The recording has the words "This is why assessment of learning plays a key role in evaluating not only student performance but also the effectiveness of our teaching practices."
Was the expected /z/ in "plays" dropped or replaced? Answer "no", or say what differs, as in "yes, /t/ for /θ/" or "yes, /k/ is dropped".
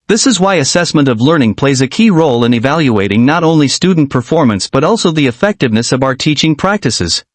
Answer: no